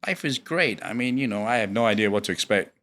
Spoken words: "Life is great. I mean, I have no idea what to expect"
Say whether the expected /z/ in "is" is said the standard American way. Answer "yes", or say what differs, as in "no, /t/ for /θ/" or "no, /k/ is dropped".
yes